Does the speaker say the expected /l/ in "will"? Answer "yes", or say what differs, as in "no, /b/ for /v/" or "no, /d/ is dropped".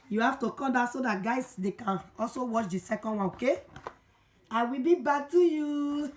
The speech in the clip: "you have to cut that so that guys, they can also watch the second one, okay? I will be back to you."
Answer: yes